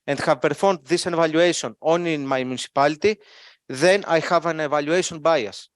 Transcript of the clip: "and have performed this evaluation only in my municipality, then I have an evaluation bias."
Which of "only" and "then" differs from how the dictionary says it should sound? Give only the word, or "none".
only